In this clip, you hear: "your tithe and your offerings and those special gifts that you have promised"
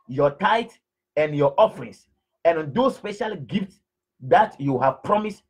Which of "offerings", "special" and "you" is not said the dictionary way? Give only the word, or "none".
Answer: offerings